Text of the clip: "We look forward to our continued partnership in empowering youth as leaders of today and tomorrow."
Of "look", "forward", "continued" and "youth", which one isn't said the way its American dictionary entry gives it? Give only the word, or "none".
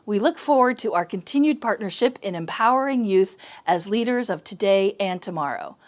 none